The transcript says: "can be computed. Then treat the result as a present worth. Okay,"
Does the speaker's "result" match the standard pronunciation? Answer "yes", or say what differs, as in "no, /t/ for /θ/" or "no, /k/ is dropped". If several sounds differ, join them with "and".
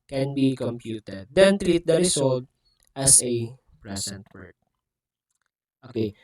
no, /s/ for /z/